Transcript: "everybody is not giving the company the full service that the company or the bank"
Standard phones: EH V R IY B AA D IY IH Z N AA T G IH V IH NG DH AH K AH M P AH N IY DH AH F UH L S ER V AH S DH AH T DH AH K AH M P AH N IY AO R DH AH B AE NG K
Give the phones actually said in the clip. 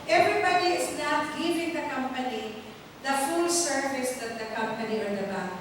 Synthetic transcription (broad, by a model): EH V R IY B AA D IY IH S N AA T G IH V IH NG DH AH K AH M P AH N IY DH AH F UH L S ER V AH S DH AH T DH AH K AH M P AH N IY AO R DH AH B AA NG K